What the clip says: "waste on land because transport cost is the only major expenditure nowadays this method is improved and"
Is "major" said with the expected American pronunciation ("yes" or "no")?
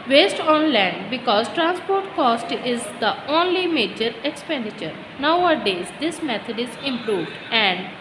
yes